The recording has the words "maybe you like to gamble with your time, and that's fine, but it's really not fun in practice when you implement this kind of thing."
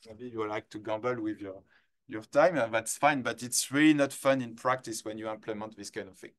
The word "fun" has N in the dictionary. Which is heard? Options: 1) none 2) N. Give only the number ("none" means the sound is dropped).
2